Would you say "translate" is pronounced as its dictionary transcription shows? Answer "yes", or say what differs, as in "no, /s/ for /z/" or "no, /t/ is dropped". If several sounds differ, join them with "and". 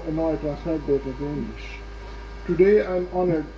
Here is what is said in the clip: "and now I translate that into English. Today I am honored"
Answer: no, /ɹ/ is dropped and /n/ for /l/